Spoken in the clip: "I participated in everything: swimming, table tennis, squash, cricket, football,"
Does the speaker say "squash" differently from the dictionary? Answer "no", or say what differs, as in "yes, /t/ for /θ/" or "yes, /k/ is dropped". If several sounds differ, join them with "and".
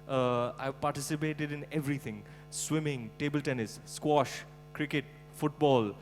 no